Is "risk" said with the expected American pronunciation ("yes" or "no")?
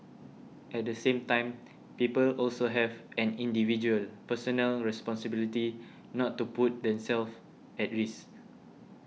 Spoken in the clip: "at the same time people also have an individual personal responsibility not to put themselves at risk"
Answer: no